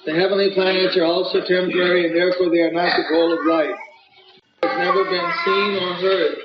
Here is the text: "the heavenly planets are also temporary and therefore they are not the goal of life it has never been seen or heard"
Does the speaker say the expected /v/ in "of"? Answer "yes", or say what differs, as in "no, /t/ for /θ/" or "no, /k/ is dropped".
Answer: yes